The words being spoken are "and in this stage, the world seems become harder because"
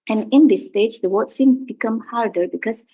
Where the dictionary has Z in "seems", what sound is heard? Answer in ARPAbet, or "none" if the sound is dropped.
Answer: none